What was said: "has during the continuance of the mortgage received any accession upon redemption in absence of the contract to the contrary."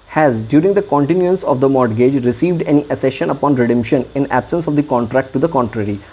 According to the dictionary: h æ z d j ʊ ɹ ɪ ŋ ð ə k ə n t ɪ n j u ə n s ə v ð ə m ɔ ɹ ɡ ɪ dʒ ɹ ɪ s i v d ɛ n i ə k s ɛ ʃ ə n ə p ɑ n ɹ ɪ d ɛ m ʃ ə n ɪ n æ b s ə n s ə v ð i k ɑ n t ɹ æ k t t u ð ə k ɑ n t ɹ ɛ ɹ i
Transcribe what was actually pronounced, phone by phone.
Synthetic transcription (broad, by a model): h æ z d j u ɹ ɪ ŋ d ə k ə n t ɪ n j u ə n s ə v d ə m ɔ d ɡ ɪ dʒ ɹ ɪ s i v d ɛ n i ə s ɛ ʃ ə n ə p ɑ n ɹ ɪ d ɛ m ʃ ə n ɪ n æ b s ə n s ə v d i k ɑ n t ɹ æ k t t u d ə k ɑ n t ɹ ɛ ɹ i